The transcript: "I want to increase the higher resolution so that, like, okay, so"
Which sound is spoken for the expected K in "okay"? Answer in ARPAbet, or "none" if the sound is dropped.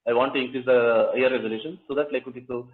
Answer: none